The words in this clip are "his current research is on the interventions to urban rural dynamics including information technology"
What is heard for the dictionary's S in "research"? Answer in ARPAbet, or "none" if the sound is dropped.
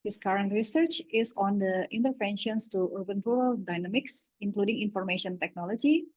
S